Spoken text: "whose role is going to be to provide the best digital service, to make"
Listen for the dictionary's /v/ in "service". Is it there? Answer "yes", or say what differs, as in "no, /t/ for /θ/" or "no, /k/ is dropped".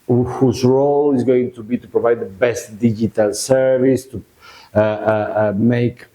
yes